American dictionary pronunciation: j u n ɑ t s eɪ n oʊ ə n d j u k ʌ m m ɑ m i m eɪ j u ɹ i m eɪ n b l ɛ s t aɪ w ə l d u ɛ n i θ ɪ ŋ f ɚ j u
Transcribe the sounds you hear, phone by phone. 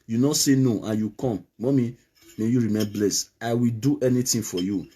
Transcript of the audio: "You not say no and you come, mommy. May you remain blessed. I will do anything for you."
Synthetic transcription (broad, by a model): j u n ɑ s eɪ n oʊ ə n j u k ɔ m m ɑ m i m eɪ j u ɹ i m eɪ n b l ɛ s aɪ w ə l d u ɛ n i t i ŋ f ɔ j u